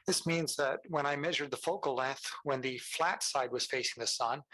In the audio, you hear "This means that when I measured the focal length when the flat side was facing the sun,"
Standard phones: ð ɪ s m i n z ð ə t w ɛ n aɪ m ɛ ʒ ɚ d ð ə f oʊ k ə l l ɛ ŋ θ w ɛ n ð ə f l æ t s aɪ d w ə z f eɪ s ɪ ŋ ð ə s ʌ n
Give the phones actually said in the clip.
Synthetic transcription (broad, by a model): ð ɪ s m i n z ð ə t w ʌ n aɪ m ɛ ʒ ɚ d ð ə f oʊ k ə l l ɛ θ w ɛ n ð ə f l æ t s aɪ d w ə z f eɪ s ɪ ŋ ð ə s ʌ n